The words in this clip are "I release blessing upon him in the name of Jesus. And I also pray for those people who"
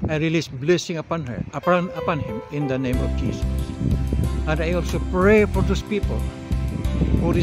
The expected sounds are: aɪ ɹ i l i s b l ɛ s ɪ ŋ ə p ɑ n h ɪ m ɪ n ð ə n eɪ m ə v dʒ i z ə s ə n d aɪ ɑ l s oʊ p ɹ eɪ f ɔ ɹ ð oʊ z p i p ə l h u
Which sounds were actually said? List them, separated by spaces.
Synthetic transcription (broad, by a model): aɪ ɹ i l i s b l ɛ s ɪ ŋ ə p ɑ n h ɪ m ɪ n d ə n eɪ m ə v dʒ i s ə s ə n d aɪ ɑ l s oʊ p ɹ eɪ f ɔ ɹ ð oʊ s p i p ə l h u